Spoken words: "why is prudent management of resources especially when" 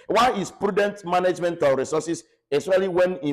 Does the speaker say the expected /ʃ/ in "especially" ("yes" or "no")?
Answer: no